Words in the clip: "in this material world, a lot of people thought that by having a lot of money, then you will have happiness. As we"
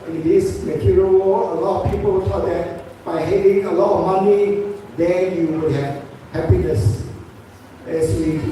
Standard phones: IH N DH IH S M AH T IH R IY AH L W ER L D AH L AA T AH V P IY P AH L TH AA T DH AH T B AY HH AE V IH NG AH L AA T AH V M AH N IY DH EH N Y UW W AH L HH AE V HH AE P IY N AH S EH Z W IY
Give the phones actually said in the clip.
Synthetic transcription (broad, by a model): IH N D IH S M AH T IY R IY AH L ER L AH L AA T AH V P IY P AH L S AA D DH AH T B AY HH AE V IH NG AH L AA T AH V M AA N IY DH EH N Y UW W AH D HH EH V HH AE P IY N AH S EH S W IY